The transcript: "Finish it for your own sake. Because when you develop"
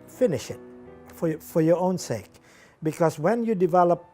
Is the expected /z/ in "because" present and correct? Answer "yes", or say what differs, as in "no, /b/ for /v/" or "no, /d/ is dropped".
no, /s/ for /z/